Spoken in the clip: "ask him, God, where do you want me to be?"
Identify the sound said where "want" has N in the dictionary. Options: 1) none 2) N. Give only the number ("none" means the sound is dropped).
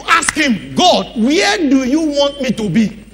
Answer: 2